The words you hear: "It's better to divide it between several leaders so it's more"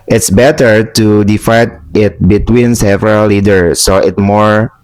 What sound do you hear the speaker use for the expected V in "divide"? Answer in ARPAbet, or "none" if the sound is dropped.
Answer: F